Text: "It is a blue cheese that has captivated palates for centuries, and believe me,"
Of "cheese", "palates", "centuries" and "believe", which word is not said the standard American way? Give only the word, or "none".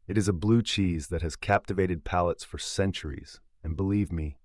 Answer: none